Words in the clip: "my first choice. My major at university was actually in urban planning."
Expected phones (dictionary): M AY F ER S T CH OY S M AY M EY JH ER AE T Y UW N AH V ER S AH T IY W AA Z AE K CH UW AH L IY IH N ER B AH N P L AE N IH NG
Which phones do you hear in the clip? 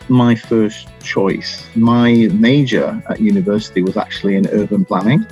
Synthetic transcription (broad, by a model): M AY F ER S CH OY S M AY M EY JH ER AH T Y UW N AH V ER S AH T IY W AA Z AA K CH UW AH L IY IH N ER B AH N P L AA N IH NG